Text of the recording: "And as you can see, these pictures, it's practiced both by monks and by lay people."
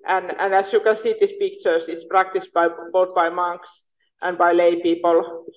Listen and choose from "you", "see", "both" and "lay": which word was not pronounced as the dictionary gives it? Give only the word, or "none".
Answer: both